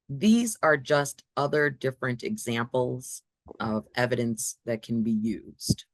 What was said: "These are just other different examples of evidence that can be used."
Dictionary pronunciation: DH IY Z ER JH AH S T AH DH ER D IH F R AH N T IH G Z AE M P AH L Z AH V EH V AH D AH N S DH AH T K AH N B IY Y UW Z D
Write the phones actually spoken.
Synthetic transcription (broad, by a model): DH IY Z ER JH AH S T AH DH ER D IH F R AH N T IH G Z AE M P L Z AH V EH V AH D AH N S DH AH T K N B IY Y UW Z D